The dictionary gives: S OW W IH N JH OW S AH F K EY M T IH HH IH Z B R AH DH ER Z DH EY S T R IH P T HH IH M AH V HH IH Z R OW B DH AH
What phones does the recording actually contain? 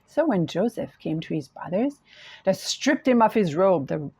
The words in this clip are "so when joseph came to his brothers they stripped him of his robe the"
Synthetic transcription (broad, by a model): S OW W IH N JH OW S AH F K EY M T IH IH Z B R AH DH ER Z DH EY S T R IH P T HH IH M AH F HH IH Z R OW B DH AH